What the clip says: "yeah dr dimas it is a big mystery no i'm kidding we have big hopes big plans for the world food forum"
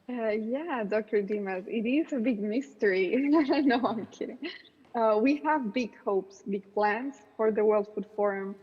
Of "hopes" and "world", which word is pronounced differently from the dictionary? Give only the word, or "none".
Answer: none